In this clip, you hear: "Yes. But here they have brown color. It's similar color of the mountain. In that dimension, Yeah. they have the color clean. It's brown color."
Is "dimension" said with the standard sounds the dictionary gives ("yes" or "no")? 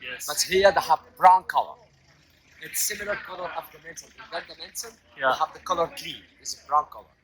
no